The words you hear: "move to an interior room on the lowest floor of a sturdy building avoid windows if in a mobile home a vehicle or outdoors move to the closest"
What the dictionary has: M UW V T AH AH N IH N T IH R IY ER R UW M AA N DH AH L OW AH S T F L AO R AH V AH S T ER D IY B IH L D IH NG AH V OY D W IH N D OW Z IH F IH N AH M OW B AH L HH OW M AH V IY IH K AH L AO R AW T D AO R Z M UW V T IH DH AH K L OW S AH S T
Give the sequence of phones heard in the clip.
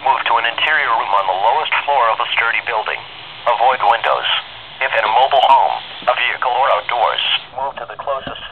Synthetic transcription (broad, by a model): M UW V T AH AH N IH N T IH R IY ER R UW M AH N DH AH L OW AH S T F L AO R AH V AH S T ER D IY B IH L D IH NG AH V OY D W IH N D OW Z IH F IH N AH M OW B L HH OW M AH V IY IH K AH L AO R AW T D AO R Z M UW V T IH DH AH K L OW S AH S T